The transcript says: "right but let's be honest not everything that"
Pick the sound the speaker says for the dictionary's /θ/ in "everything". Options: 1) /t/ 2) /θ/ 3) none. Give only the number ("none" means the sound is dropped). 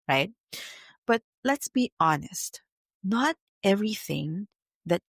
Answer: 2